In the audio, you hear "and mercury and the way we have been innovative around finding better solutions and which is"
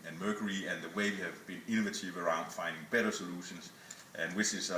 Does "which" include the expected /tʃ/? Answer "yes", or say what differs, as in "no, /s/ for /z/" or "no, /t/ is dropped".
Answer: no, /s/ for /tʃ/